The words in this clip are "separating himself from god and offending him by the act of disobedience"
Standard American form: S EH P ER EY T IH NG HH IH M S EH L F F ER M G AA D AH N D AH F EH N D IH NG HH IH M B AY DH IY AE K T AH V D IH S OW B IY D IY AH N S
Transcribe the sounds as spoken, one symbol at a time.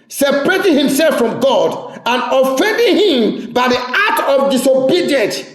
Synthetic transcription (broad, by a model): S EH P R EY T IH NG HH IH M S EH L F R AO M G AA D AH N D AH F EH N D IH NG HH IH M B AY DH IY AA T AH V D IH S OW B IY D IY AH N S